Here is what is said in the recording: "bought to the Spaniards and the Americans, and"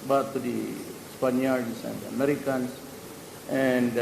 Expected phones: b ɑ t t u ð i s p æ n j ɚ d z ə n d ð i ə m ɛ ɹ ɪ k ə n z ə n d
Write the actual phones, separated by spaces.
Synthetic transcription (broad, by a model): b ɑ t t u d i s p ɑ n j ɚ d s ə n d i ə m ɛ ɹ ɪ k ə n s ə n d